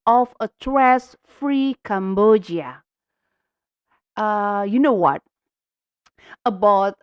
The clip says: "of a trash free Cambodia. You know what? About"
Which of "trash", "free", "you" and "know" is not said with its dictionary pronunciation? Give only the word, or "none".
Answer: trash